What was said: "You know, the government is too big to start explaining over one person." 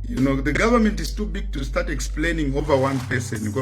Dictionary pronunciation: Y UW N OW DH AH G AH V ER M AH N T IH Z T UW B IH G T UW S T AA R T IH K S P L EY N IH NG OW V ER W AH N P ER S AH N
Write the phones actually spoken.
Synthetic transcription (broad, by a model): Y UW N OW DH AH G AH V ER M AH N T IH Z T UW B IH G T UW S T AA R T IH K S P L EY N IH NG OW V ER W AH N P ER S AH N